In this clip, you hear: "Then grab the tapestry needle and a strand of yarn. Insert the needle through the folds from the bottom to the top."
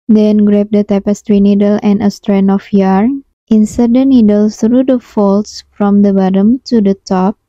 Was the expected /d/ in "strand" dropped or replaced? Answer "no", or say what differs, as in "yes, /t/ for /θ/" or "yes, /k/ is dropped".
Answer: yes, /d/ is dropped